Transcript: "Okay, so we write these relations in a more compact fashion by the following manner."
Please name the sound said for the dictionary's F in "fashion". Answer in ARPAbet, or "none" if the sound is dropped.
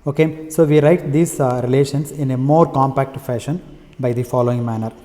F